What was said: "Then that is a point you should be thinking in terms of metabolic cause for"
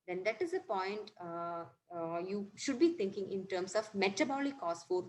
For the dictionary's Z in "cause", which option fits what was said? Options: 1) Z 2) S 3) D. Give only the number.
2